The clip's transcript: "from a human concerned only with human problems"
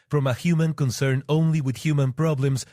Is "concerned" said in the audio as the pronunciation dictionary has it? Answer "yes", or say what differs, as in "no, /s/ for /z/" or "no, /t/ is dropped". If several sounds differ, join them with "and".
no, /d/ is dropped